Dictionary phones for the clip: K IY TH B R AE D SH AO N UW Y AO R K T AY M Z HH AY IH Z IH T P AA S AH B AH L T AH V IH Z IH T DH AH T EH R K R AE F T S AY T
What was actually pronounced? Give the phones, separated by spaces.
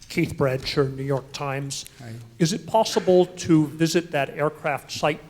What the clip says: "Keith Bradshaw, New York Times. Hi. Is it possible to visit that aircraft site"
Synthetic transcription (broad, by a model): K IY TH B R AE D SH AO N UW Y AO R K T AY M Z IH Z IH T P AA S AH B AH L T AH V IH Z IH T DH AH T EH R K R AE F T S AY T